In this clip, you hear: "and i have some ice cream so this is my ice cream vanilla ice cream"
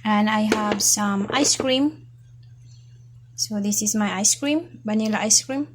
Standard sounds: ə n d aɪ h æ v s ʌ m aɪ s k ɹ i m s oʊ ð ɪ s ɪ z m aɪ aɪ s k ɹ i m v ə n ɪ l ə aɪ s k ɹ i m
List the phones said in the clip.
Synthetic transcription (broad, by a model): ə n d aɪ h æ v s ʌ m aɪ s k ɹ i m s oʊ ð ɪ s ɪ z m aɪ aɪ s k ɹ i m b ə n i l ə aɪ s k ɹ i m